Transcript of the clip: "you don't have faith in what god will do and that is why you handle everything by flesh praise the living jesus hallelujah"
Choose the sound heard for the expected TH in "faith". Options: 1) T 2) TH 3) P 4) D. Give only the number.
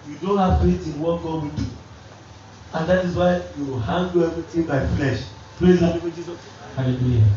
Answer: 1